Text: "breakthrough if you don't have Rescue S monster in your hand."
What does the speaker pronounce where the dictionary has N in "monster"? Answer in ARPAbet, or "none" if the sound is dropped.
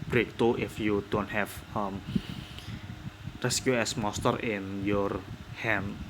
none